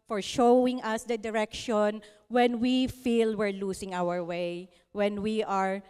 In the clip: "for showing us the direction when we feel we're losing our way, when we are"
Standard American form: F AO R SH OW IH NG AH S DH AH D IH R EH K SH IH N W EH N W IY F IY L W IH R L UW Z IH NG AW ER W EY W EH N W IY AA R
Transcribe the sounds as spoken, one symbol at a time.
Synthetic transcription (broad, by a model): F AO R SH OW IH NG AH S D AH D IH R EH K SH IH N W EH N W IY F IY L W IH R L UW S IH NG AW ER W EY W EH N W IY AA R